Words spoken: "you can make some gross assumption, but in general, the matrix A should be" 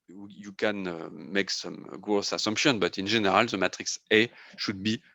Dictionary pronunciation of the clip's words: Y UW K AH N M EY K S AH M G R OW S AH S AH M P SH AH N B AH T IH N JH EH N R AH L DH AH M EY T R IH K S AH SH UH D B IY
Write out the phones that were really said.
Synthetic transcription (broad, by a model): Y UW K AH N M EY K S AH M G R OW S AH S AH M P SH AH N B AH T IH N ZH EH N R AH L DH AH M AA T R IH K S AH SH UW D B IY